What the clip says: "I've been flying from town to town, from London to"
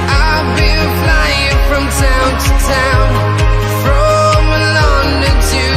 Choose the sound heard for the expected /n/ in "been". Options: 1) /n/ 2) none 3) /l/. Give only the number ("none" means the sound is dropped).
3